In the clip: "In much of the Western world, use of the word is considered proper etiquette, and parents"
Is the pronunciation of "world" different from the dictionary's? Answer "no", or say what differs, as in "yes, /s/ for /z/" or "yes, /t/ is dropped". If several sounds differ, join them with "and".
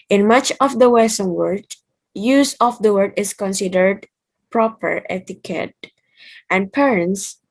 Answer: yes, /l/ is dropped